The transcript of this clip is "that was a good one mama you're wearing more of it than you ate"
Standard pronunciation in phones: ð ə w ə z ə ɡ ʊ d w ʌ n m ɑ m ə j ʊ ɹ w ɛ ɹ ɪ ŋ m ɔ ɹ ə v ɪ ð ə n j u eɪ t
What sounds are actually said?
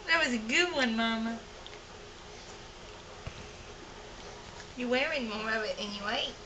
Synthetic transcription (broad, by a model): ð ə w ə z ə ɡ ʊ d w ʌ n m ɑ m ə j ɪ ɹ w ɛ ɹ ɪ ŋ m ɔ ɹ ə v ɪ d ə n j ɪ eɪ t